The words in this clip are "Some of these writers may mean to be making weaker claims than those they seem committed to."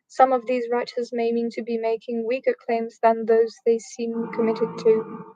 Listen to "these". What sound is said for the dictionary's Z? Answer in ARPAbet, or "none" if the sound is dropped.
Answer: Z